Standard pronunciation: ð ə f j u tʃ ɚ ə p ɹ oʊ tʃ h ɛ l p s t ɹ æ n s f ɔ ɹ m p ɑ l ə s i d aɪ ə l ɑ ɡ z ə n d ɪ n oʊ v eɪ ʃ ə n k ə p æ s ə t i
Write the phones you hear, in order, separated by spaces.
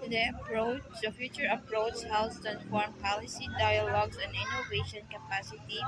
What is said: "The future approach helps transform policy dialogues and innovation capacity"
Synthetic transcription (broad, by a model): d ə f j u tʃ ɚ ə p ɹ oʊ tʃ h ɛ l s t æ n f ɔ ɹ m p ɑ l ə s i d aɪ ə l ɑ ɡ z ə n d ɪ n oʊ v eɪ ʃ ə n k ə p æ s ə t i